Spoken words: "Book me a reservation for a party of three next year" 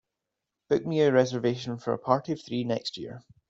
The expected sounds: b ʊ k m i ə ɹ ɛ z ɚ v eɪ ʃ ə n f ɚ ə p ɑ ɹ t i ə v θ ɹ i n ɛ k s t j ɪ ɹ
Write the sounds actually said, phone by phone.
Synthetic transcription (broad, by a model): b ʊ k m i ə ɹ ɛ z ɚ v eɪ ʃ ə n f ɚ ə p ɑ ɹ t i ə v θ ɹ i n ɛ k s t j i ɹ